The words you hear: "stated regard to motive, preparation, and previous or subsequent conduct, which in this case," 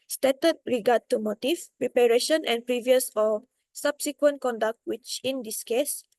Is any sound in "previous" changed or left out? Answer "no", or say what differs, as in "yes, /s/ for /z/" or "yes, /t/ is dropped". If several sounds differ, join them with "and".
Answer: no